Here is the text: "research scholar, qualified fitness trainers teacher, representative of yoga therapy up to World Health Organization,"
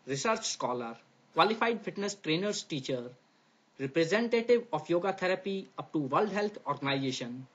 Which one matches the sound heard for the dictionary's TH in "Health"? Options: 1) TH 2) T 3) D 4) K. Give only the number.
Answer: 2